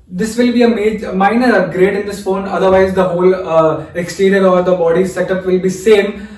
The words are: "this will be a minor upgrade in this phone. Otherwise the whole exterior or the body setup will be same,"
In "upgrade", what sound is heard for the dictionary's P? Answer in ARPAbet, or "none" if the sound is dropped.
none